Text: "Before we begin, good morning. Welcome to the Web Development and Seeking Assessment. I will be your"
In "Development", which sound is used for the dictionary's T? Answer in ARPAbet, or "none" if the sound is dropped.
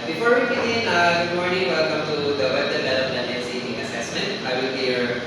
none